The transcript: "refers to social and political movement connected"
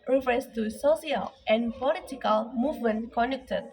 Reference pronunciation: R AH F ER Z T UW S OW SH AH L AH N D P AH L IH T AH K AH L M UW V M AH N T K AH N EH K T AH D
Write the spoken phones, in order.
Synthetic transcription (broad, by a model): R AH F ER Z T UW S OW S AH L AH N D P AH L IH T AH K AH L M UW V M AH N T K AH N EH K T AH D